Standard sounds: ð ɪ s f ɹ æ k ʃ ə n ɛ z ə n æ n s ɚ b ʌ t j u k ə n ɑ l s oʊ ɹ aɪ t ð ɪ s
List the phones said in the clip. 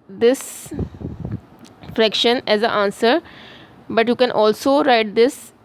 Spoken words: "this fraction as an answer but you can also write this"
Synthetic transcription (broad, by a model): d ɪ s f ɹ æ k ʃ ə n ɛ z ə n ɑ n s ɚ b ʌ t j u k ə n ɑ l s oʊ ɹ aɪ t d ɪ s